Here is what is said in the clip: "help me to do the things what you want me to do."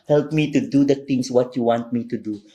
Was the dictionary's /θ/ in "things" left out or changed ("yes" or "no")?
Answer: yes